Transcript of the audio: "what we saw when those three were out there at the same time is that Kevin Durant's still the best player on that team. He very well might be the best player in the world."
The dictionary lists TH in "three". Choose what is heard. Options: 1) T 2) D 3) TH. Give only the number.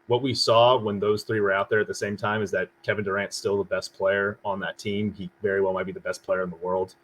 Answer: 3